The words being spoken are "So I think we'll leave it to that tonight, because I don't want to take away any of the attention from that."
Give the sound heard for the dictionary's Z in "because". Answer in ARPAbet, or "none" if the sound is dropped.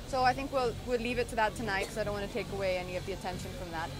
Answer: none